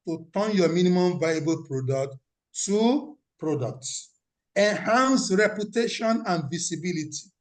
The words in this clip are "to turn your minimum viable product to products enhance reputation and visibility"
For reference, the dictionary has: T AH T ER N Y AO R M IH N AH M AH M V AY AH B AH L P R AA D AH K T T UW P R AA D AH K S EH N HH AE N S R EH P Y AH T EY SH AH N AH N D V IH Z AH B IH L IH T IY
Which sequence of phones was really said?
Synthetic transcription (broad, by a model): T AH T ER N Y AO M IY N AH M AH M V AY AH B AH L P R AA D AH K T T UW P R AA D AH K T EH N HH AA N S R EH P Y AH T EY SH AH N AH N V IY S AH B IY L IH T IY